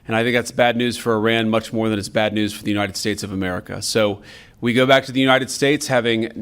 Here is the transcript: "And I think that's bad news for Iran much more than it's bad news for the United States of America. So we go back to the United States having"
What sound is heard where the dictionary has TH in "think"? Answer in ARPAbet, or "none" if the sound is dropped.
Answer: TH